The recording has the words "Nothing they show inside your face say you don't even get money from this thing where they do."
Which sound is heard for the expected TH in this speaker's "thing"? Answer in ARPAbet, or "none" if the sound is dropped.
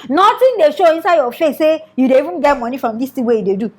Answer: T